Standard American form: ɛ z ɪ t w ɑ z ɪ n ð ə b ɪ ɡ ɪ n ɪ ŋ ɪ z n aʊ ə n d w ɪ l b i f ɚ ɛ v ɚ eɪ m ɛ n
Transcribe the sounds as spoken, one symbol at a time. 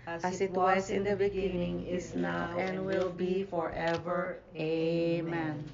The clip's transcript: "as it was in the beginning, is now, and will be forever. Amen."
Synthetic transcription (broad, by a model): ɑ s ɪ t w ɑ s ɪ n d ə b ɪ ɡ ɪ n ɪ ŋ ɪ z n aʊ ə n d w ɪ l b i f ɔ ɛ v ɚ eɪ m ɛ n